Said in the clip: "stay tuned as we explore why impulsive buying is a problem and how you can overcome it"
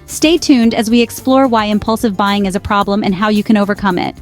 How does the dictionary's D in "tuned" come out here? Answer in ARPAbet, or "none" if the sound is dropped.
D